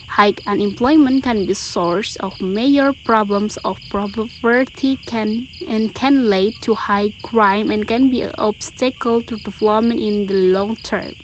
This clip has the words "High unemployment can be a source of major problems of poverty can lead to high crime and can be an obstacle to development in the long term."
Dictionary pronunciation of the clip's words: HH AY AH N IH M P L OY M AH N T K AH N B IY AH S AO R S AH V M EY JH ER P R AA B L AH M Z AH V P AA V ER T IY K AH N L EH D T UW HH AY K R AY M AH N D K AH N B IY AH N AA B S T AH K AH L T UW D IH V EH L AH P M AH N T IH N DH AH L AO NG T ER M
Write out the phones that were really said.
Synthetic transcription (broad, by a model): HH AY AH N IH M P L OY M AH N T K AH N B IY S AO R S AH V M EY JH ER P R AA B L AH M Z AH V P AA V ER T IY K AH N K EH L T UW HH AY K R AY M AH N K AH N B IY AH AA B S T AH K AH L T UW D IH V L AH M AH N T IH N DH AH L AO NG T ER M